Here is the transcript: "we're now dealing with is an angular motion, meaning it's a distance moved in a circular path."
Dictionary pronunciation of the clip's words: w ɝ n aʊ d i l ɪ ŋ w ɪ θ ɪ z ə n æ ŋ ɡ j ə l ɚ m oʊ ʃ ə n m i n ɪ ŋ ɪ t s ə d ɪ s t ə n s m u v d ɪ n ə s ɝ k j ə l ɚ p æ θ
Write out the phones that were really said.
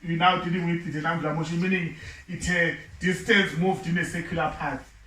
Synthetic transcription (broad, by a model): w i n aʊ d i l ɪ ŋ w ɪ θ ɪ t ə n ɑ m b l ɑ m oʊ ʃ ə n m i n ɪ ŋ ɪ t ə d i s t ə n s m u v d ɪ n ə s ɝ k j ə l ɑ p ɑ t